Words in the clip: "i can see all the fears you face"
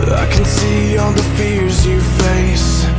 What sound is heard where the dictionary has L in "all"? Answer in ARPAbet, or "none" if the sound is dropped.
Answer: N